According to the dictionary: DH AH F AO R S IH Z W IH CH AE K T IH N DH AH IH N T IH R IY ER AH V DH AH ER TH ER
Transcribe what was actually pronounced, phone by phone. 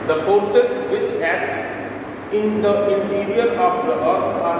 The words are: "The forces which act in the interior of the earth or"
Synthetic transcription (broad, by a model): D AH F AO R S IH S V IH CH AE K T IH N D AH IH N T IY R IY ER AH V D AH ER T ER